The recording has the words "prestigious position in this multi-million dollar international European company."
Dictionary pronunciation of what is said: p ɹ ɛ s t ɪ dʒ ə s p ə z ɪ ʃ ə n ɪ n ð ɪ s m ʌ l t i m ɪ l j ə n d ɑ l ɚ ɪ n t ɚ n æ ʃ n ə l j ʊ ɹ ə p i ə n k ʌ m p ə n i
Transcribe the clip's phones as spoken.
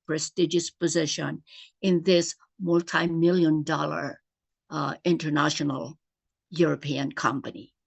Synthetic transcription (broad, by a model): p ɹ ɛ s t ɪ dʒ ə s p ə z ɪ ʃ ə n ɪ n ð ɪ s m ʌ l t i m ɪ l j ə n d ɑ l ɚ ɪ n t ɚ n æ ʃ n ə l j ʊ ɹ ə p i ə n k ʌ m p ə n i